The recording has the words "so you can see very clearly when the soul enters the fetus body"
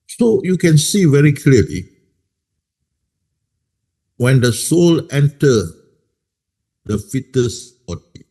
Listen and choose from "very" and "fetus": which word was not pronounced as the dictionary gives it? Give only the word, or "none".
none